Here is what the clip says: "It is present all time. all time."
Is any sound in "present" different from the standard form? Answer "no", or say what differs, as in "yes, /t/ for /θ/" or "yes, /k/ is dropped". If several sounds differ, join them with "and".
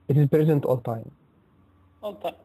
no